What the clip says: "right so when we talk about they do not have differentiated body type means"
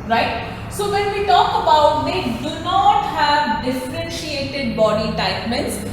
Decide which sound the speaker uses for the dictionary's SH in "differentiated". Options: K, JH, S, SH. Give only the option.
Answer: SH